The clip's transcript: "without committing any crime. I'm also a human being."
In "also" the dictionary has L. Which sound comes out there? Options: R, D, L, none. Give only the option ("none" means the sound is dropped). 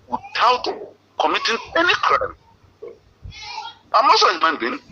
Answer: none